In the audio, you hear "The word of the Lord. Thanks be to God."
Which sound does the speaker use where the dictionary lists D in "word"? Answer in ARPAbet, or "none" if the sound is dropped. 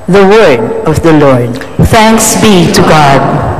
none